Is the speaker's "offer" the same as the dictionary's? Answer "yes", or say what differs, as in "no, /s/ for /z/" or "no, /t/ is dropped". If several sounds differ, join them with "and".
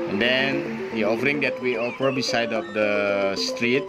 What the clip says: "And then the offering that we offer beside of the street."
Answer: no, /p/ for /f/